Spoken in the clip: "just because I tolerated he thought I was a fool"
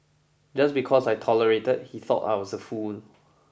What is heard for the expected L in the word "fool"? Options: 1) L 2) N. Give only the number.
2